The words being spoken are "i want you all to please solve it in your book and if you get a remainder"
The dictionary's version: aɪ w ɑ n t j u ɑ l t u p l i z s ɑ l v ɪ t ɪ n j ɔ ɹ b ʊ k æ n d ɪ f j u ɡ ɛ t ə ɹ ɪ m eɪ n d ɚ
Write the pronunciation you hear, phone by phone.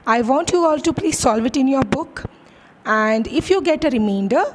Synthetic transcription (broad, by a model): aɪ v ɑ n t j u ɑ l t u p l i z s ɑ l v ɪ t ɪ n j ɔ ɹ b ʊ k æ n d ɪ f j u ɡ ɛ t ə ɹ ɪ m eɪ n d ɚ